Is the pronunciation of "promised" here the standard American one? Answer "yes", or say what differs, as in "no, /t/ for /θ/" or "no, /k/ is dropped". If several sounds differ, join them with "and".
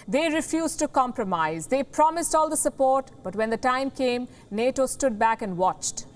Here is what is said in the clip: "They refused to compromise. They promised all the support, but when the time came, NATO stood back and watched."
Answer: yes